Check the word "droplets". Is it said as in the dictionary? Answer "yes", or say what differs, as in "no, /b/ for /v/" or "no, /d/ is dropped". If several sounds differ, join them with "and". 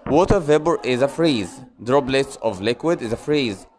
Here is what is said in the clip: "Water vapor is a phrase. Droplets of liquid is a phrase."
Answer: no, /b/ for /p/